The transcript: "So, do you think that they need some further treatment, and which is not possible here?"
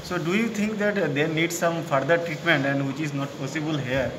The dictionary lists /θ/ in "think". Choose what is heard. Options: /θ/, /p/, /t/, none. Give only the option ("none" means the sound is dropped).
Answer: /t/